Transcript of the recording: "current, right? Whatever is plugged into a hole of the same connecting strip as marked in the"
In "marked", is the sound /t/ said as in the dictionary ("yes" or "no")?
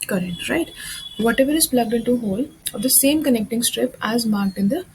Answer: yes